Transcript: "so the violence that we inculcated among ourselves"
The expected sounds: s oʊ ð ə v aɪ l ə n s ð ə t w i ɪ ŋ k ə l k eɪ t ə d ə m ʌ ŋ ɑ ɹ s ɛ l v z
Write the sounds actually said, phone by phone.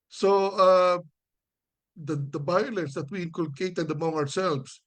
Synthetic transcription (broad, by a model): s oʊ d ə b aɪ l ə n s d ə t w i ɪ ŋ k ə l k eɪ t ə d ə m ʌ ŋ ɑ ɹ s ɛ l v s